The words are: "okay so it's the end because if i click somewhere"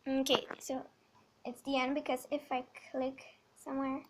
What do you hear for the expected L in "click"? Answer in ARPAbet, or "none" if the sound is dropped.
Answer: L